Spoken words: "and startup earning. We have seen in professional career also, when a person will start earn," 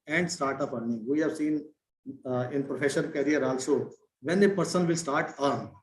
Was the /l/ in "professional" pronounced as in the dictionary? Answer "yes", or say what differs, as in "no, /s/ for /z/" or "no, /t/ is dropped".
no, /n/ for /l/